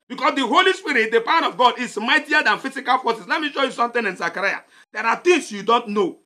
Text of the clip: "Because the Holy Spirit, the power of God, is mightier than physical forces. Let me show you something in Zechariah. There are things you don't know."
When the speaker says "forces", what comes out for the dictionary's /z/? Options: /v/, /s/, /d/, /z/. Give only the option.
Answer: /s/